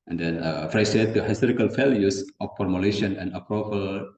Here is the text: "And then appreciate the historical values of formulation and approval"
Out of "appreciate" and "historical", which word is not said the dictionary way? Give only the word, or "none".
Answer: appreciate